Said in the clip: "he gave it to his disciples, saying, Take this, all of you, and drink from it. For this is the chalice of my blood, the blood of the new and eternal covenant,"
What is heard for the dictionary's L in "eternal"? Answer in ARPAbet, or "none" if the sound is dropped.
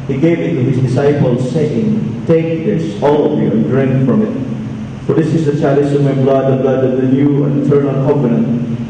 N